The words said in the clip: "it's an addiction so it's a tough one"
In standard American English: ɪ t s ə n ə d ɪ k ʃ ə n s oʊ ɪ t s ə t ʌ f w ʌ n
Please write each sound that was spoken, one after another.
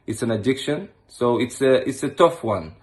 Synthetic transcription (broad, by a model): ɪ t s ə n ə d ɪ k ʃ ə n s oʊ ɪ t s ə t ʌ f w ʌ n